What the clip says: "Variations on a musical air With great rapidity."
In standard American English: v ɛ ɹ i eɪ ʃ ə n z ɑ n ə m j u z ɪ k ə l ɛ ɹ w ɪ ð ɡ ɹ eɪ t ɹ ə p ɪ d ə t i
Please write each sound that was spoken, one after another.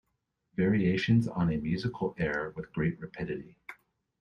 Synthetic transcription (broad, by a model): v ɛ ɹ i eɪ ʃ ə n z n ə m j u z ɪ k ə l ɛ ɹ w ɪ ð ɡ ɹ eɪ t ɹ ə p ɪ d ə t i